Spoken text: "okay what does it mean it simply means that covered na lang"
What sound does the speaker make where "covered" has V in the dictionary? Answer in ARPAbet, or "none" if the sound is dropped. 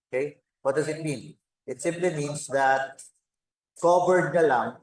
P